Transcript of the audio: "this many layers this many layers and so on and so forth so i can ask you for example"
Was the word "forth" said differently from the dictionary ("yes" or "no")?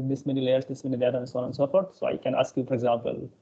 yes